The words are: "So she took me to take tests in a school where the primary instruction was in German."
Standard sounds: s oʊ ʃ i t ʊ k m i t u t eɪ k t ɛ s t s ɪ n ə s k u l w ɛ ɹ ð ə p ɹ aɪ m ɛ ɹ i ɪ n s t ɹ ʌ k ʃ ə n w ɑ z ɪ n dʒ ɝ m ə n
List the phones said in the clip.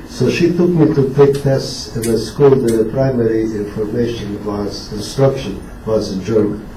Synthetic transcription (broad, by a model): s oʊ ʃ i t ʊ k m i t u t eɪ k t ɛ s t s ɪ n ə s k u l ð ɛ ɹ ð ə p ɹ aɪ m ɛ ɹ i ɪ n s t ɹ ʌ k ʃ ə n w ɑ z ɪ n dʒ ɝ m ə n